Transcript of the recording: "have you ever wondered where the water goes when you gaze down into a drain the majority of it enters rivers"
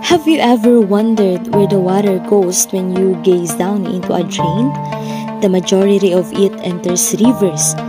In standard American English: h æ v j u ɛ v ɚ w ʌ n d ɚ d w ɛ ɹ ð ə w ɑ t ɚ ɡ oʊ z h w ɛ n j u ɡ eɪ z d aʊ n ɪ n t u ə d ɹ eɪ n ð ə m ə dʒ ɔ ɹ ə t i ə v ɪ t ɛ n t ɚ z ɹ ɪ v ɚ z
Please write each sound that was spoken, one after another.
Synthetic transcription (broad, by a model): h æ v j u ɛ v ɚ w ʌ n d ɚ d w ɛ ɹ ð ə w ɑ t ɚ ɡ oʊ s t w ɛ n j u ɡ eɪ s d aʊ n ɪ n t u ə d ɹ eɪ n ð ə m ə dʒ ɔ ɹ ə t i ə v ɪ t ɛ n t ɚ s ɹ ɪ v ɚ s